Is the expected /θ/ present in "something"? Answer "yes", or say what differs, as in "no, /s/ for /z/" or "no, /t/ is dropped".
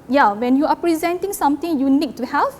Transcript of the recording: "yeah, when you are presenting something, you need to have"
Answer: no, /t/ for /θ/